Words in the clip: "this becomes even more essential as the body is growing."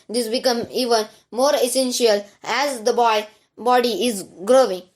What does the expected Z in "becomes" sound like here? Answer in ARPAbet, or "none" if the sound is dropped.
none